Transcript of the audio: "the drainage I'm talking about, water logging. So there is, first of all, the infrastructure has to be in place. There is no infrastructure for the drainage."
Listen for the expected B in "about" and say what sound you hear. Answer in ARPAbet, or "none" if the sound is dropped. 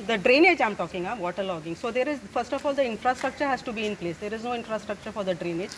none